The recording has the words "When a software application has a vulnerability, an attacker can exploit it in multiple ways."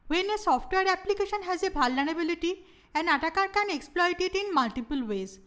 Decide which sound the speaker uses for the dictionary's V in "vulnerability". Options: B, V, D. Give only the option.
B